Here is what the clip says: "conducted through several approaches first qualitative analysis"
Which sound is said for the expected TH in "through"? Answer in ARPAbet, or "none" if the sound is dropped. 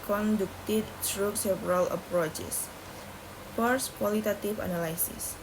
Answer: S